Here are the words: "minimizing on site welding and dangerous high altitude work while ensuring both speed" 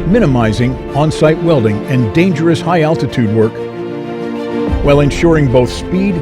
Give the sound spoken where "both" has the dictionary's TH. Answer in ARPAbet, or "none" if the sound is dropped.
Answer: TH